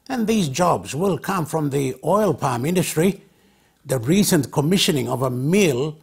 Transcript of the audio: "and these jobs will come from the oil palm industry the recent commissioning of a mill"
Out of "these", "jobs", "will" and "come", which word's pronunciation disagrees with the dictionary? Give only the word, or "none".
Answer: none